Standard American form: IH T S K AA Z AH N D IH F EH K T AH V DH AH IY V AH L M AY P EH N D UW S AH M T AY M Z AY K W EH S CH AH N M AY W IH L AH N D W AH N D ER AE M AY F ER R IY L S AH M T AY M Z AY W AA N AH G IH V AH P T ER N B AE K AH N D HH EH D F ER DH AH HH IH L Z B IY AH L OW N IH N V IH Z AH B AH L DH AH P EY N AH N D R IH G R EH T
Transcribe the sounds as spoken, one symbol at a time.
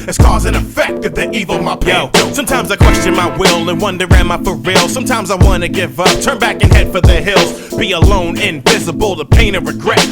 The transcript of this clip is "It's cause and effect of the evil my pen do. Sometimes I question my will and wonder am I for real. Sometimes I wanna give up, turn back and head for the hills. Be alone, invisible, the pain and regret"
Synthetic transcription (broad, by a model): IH T S K AA Z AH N IH F EH K T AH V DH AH IY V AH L M AY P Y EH S AH M T AY M Z AY K W EH S CH AH N M AY W IH L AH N W AH N D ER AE M AY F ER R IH L S AH M T AY M Z AY W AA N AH G IH V AH P T ER N B AE K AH N HH EH D F ER DH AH HH IH L Z B IY AH L OW N IH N V IH Z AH B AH L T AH P EY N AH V R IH G R EH T